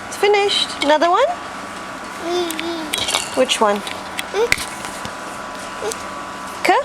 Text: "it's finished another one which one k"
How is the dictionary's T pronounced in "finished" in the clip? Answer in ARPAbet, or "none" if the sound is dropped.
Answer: T